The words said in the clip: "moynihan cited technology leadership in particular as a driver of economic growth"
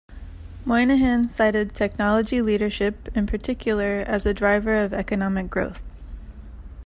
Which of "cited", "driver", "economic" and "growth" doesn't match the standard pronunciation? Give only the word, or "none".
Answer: none